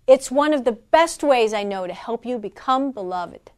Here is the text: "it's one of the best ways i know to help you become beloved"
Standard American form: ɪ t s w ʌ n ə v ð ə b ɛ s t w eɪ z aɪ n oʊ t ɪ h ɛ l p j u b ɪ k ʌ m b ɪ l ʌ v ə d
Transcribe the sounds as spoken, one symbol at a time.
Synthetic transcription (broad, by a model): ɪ t s w ʌ n ə v ð ə b ɛ s t w eɪ z aɪ n oʊ t ɪ h ɛ l p j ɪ b ɪ k ʌ m b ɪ l ʌ v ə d